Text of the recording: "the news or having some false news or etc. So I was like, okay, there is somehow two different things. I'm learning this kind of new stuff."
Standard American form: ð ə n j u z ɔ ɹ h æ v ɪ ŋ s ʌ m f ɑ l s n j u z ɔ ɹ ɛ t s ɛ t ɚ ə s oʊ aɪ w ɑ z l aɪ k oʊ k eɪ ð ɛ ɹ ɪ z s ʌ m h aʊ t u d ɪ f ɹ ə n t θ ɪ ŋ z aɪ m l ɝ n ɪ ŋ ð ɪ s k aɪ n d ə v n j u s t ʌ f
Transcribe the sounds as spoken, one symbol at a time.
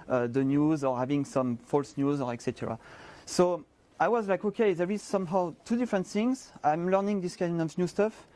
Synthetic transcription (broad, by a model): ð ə n j u z ɔ ɹ h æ v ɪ ŋ s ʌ m f ɑ l s n j u z ɔ ɹ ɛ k s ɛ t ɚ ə s oʊ aɪ w ɑ z l aɪ k oʊ k eɪ ð ɛ ɹ ɪ z s ʌ m h aʊ t u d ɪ f ɹ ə n t θ ɪ ŋ z aɪ m l ɝ n ɪ ŋ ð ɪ s k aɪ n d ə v n j u s t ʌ f